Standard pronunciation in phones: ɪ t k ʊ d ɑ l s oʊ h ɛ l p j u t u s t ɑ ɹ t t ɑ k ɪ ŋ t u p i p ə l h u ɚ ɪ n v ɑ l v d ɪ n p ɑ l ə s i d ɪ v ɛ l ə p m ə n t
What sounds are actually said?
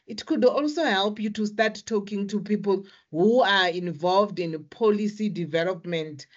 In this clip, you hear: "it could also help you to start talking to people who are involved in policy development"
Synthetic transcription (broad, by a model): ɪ t k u d ɑ l s oʊ h ɛ l p j u t u s t ɑ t t ɑ k ɪ ŋ t u p i p ə l h u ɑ ɪ n v ɑ l v d ɪ n p ɑ l ə s i d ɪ v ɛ l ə p m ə n t